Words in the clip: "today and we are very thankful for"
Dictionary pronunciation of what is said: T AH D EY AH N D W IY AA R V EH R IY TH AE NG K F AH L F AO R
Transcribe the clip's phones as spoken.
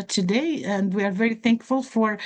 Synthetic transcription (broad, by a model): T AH D EY AH N D W IY AA R V EH R IY TH AE NG K F AH L F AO R